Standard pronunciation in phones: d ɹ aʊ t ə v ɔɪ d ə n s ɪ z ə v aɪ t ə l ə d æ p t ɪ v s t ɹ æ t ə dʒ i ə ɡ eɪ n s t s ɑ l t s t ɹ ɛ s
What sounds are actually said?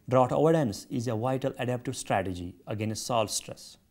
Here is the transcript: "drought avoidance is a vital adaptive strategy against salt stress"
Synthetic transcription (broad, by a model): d ɹ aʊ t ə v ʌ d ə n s ɪ z ə v aɪ t ə l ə d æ p t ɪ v s t ɹ æ t ə dʒ i ə ɡ eɪ n s t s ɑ l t s t ɹ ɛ s